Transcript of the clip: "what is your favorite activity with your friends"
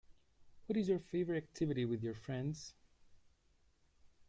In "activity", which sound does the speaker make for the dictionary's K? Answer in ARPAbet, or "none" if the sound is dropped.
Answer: K